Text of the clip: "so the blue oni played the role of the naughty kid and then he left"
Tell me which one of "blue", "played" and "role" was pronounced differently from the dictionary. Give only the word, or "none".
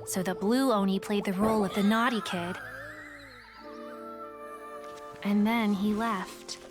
none